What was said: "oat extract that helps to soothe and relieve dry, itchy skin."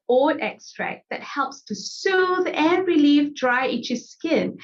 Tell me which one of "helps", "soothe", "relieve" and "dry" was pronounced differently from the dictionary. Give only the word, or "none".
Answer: none